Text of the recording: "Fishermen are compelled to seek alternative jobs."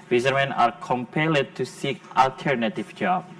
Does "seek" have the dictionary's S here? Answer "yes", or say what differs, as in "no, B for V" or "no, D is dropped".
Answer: yes